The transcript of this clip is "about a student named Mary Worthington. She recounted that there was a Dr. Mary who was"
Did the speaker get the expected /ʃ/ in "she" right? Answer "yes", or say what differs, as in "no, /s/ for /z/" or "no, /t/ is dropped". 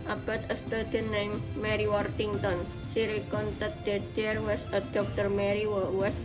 no, /s/ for /ʃ/